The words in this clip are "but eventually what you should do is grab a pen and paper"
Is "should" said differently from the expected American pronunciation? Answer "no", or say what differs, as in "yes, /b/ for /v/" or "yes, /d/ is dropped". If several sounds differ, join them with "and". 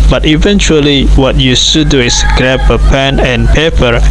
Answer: yes, /s/ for /ʃ/